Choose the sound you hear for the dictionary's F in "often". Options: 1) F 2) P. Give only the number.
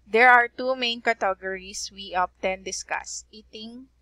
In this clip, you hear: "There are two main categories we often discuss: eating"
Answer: 2